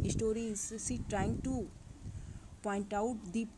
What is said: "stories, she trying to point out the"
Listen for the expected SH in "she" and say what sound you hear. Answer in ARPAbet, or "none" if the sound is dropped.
S